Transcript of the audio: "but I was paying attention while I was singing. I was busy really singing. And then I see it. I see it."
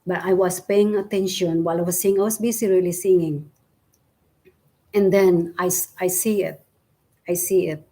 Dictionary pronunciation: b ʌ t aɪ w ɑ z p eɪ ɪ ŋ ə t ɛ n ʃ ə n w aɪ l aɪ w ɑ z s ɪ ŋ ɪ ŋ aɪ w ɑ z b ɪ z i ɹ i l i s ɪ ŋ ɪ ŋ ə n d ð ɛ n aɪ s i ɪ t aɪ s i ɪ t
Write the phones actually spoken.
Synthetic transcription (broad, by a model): b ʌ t aɪ w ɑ s p eɪ ɪ ŋ ə t ɛ n ʃ ə n w aɪ l aɪ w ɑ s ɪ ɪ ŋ aɪ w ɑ s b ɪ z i ɹ i l i s ɪ ŋ ɪ ŋ ə n d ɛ n aɪ s i ɪ t aɪ s i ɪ t